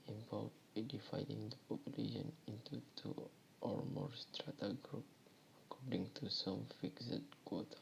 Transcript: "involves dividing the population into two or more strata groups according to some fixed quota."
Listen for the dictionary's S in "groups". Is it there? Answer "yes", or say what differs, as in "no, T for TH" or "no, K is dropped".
no, S is dropped